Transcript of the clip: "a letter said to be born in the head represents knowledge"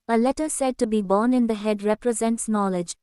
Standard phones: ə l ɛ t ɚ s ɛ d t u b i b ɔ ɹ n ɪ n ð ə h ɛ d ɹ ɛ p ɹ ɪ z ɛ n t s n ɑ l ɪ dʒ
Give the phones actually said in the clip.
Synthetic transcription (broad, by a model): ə l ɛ t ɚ s ɛ d t u b i b ɔ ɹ n ɪ n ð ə h ɛ d ɹ ɛ p ɹ ɪ z ɛ n t s n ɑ l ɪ dʒ